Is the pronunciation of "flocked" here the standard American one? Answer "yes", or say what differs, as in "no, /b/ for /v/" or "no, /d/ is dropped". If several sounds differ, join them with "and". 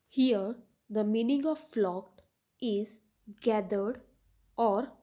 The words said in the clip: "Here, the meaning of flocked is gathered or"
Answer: yes